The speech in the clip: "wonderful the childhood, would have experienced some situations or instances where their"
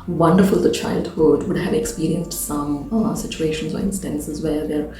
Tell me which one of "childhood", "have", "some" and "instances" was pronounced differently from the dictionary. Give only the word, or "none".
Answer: none